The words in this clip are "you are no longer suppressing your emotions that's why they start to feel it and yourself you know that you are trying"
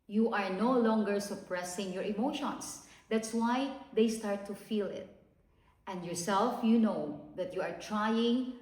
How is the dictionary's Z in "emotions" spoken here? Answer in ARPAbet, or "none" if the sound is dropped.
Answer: S